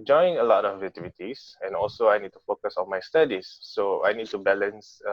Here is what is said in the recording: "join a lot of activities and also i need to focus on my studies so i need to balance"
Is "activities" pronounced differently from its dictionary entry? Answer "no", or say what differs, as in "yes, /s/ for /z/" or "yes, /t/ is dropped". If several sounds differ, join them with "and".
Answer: yes, /k/ is dropped and /s/ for /z/